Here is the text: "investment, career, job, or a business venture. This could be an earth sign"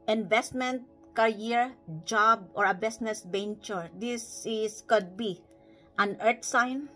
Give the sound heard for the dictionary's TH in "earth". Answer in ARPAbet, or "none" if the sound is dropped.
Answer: T